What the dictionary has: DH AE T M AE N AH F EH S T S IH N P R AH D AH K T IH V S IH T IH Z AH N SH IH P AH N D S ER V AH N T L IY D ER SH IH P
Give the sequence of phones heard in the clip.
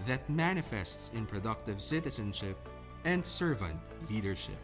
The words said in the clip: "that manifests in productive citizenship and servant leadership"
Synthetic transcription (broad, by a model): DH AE T M AE N AH F EH S T S IH N P R AH D AH K T IH V S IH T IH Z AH N SH IH P AH N D S ER V AH N T L IY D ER SH IH P